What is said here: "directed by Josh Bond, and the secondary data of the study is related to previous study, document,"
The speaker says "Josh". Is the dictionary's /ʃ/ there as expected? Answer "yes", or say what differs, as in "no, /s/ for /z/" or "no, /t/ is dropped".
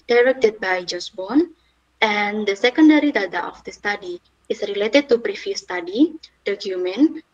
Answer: no, /s/ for /ʃ/